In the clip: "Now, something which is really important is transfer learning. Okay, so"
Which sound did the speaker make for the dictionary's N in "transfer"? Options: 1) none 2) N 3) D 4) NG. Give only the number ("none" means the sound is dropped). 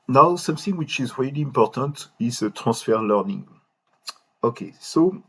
1